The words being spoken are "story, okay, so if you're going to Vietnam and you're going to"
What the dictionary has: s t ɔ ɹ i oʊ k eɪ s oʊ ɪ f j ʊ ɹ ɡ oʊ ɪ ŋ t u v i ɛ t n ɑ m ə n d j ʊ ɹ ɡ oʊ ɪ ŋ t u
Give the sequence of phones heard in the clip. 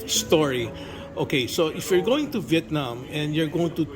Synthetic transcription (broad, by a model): s t ɔ ɹ i oʊ k eɪ s oʊ ɪ f j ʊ ɹ ɡ oʊ ɪ ŋ t u v i ɛ t n ɑ m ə n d j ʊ ɹ ɡ oʊ ɪ ŋ t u